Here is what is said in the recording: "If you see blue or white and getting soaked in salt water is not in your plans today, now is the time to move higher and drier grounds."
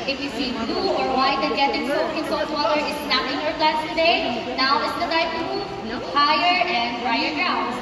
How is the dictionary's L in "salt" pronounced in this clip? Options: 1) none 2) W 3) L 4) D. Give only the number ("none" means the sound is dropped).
1